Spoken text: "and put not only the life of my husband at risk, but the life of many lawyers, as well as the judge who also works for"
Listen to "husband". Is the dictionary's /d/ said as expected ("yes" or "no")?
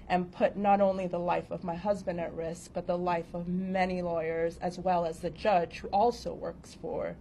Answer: yes